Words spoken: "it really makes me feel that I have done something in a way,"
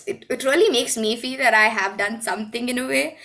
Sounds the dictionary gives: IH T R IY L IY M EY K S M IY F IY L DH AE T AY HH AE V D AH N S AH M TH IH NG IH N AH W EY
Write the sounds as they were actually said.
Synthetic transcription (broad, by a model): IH T R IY L IY M EY K S M IY F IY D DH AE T AY HH AE V D AH N S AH M T IH NG IH N AH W EY